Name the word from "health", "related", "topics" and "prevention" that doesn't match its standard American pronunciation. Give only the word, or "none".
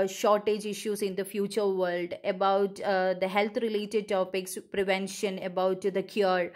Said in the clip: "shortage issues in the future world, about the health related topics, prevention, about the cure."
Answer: health